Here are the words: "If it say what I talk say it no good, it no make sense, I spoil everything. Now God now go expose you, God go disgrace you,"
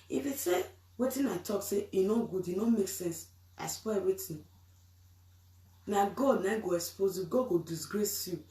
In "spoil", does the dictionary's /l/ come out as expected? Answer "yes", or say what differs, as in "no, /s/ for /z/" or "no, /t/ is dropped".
no, /w/ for /l/